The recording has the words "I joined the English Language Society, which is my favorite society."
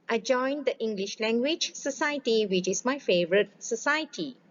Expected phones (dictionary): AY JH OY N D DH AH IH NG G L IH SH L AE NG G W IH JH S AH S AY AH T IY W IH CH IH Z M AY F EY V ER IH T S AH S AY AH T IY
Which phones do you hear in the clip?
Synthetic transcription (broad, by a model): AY JH OY N D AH IH NG G L IH SH L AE NG G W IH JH S AH S AY AH T IY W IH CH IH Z M AY F EY V ER IH T S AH S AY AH T IY